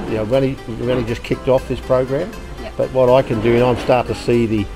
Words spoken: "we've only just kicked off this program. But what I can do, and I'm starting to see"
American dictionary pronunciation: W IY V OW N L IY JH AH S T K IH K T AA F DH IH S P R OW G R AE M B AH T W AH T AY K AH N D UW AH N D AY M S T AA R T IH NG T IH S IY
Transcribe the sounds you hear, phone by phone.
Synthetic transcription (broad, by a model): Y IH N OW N N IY JH AH S K IH K T AA F DH IH S P R OW G R AE M B AH T W AH T AY K AH N D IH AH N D AY M S T AA R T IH T IH S IY